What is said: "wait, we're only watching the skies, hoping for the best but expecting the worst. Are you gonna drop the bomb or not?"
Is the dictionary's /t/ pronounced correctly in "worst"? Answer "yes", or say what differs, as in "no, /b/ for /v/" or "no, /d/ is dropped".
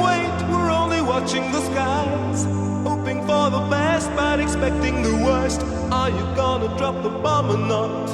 yes